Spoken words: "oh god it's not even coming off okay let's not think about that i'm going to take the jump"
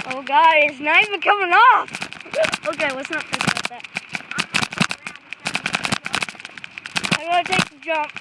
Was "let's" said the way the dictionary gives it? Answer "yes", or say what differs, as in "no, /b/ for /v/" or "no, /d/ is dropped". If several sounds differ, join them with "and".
no, /w/ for /l/